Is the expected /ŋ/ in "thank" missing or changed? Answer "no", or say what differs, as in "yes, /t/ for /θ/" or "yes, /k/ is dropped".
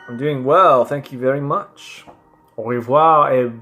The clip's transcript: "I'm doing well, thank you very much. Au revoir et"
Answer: no